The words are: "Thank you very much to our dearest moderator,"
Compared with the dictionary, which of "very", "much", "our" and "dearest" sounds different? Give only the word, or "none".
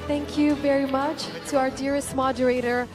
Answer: none